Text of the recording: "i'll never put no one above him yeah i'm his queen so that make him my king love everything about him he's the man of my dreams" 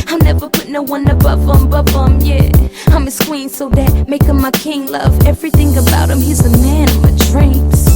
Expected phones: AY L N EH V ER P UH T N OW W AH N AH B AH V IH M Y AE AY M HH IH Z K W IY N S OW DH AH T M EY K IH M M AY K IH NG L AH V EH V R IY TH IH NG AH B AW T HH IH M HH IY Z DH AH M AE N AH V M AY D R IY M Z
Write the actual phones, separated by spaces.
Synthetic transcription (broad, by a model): AY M N EH V ER P UH T N OW W AH N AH B AH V IH M Y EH AY M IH S K W IY N S OW DH AH T M EY K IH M M AY K IH NG L AH V EH V R IY TH IH NG AH B AW T HH IH M HH IY Z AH M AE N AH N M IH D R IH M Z